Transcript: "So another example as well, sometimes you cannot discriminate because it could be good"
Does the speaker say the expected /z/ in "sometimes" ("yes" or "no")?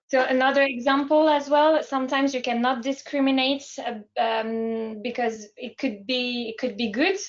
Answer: yes